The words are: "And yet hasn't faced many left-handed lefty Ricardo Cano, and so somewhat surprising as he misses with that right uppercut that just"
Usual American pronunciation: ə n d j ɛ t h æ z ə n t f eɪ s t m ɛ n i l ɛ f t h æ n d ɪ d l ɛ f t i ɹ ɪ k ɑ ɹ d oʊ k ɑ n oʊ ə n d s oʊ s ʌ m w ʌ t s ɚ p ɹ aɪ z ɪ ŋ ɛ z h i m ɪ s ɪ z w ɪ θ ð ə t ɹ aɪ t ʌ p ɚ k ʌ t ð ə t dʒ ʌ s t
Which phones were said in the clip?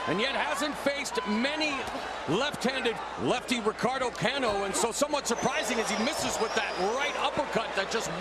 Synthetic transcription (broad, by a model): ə n j ɛ t h æ z ə n t f eɪ s t m ɛ n i l ɛ f t h æ n d ɪ d l ɛ f t i ɹ ɪ k ɑ ɹ d oʊ k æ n oʊ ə n s oʊ s ʌ m w ʌ t s ɚ p ɹ aɪ z ɪ ŋ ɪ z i m ɪ s ɪ z w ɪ ð ə t ɹ aɪ t ʌ p ɚ k ʌ t ð ə t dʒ ʌ s t